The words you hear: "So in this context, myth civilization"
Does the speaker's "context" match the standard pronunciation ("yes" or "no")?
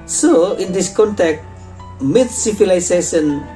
no